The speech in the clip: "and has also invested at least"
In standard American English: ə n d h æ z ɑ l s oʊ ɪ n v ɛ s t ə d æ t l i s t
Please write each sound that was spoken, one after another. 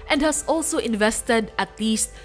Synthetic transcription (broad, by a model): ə n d h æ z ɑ l s oʊ ɪ n v ɛ s t ə d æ t l i s t